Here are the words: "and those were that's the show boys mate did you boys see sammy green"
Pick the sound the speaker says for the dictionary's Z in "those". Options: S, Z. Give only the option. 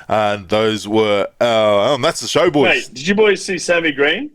Z